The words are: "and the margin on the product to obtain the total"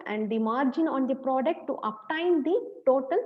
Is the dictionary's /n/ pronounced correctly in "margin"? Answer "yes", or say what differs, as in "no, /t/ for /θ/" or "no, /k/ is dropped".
yes